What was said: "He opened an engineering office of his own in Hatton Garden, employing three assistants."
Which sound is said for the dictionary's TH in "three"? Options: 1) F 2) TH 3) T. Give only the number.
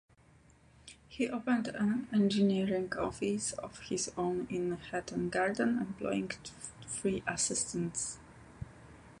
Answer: 1